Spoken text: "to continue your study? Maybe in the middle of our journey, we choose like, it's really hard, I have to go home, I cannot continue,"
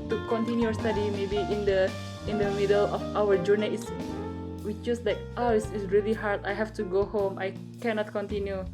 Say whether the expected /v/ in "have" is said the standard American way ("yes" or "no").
no